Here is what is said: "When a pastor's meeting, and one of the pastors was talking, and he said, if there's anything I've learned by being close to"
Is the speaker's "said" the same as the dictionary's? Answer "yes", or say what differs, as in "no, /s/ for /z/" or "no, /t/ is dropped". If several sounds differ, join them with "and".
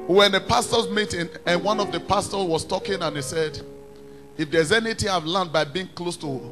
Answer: yes